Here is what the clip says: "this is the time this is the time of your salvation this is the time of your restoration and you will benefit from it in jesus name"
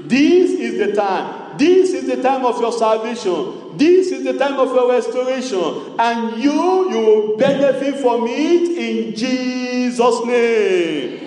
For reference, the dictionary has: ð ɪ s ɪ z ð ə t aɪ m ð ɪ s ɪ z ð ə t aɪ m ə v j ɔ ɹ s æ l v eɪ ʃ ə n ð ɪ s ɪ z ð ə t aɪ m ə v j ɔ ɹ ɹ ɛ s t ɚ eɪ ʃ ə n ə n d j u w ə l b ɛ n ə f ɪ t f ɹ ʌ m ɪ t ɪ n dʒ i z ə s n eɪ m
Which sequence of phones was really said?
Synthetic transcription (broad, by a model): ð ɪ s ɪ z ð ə t aɪ m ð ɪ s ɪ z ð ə t aɪ m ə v j ɔ s æ l v eɪ ʃ ə n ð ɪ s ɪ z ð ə t aɪ m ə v j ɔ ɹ ɹ ɛ s t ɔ eɪ ʃ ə n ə n j u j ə w b ɛ n ə f ɪ t f ɹ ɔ m ɪ t ɪ n dʒ i z ə s n eɪ m